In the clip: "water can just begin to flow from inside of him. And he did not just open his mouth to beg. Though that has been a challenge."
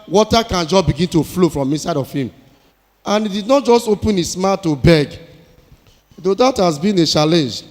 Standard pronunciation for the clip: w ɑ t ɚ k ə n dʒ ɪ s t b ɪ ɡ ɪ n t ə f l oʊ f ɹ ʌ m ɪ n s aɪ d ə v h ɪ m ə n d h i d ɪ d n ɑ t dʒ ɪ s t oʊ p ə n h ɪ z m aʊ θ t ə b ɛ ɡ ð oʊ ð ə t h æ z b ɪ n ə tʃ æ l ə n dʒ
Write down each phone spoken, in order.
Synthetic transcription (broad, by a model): w ɑ t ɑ k ə n dʒ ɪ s b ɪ ɡ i n t ə f l oʊ f ɹ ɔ m ɪ n s aɪ d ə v h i m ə n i d ɪ d n ɑ t dʒ ɪ s t oʊ p ə n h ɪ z m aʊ t ə b ɛ ɡ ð oʊ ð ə t h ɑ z b ɪ n ə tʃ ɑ l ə n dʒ